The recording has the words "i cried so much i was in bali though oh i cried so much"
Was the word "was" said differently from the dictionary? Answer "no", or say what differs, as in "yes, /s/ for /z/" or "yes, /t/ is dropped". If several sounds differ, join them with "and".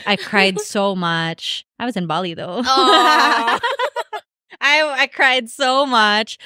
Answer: no